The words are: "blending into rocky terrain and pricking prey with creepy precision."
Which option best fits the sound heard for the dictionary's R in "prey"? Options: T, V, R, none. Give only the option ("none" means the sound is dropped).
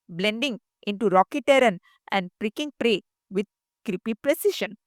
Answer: R